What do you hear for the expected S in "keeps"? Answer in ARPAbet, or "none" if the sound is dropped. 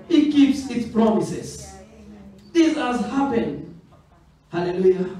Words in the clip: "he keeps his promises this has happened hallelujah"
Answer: S